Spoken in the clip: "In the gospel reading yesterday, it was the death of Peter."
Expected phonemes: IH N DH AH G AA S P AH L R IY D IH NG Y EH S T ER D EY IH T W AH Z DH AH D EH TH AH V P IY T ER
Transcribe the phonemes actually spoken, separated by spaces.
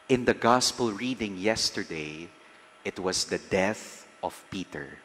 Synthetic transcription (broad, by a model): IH N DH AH G AA S P AH L R IY D IH NG Y EH S T ER D EY IH T W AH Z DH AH D EH TH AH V P IY T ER